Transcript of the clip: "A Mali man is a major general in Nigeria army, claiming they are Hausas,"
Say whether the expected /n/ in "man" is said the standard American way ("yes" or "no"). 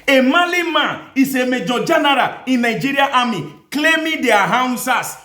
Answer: no